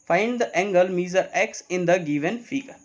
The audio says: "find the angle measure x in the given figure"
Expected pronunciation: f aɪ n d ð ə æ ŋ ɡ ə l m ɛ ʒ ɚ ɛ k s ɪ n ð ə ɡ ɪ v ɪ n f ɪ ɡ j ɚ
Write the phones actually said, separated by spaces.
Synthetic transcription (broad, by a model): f aɪ n d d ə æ ŋ ɡ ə l m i z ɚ ɛ k s ɪ n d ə ɡ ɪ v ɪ n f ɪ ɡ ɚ